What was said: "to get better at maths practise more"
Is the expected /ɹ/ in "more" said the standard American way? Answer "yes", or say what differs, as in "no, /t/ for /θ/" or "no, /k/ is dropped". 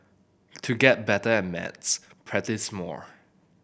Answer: yes